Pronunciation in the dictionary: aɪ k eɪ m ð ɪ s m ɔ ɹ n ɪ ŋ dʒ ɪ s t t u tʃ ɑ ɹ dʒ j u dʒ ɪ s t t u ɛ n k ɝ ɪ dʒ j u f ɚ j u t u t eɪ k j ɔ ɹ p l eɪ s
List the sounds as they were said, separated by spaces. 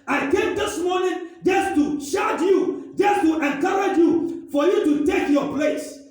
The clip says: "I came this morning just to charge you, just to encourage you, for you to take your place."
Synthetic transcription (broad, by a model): aɪ k eɪ m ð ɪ s m ɔ n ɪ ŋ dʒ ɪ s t t u ʃ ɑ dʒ j u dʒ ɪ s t t u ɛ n k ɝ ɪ dʒ j u f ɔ j u t u t eɪ k j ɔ p l eɪ s